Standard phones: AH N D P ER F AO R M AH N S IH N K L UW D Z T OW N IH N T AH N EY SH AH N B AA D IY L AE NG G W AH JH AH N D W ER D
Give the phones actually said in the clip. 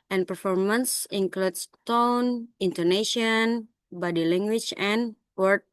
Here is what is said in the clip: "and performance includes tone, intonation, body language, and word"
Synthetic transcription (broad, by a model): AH N P ER F AO R M AH N S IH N K L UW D S T OW N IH N T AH N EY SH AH N B AA D IY L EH NG G W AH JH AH N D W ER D